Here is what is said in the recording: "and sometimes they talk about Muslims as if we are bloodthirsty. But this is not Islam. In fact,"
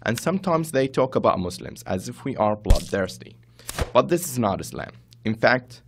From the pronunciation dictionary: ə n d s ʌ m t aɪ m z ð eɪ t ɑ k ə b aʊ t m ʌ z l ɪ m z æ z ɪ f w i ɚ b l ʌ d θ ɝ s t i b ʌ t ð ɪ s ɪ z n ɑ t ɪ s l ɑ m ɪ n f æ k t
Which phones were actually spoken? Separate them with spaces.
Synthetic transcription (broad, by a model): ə n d s ʌ m t aɪ m z ð eɪ t ɑ k ə b aʊ t m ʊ s l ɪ m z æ z ɪ f w i ɚ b l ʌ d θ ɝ s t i b ʌ t ð ɪ s ɪ z n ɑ t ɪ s l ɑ m ɪ n f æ k t